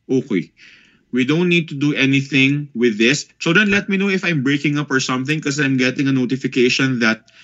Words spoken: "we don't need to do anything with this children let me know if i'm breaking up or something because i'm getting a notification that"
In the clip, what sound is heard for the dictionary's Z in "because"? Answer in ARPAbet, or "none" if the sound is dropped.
none